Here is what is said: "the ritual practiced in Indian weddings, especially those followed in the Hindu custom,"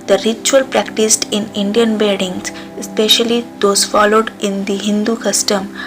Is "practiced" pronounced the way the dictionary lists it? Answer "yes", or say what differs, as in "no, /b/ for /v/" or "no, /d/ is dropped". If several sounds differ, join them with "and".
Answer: yes